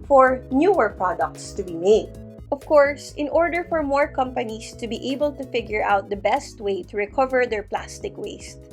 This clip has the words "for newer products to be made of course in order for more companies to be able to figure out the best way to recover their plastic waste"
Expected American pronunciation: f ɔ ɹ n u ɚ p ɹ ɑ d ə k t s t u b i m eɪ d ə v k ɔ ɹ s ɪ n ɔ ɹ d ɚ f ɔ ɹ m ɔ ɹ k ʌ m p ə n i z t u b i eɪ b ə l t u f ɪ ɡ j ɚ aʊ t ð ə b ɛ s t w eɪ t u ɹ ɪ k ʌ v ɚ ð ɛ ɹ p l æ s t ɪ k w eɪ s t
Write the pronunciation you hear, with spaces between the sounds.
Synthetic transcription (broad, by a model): f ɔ ɹ n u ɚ p ɹ ɑ d ə k t s t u b i m eɪ d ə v k ɔ ɹ s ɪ n ɔ ɹ d ɚ f ɔ ɹ m ɔ ɹ k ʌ m p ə n i s t u b i eɪ b ə l t u f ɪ ɡ j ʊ aʊ t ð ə b ɛ s t w eɪ t u ɹ ɪ k ʌ v ɚ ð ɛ ɹ p l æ s t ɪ k w eɪ s t